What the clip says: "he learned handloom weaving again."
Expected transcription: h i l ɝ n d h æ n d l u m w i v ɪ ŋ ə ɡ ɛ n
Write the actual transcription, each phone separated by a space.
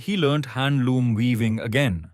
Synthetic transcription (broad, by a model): h i l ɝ n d h æ n d l u m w i v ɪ ŋ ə ɡ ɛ n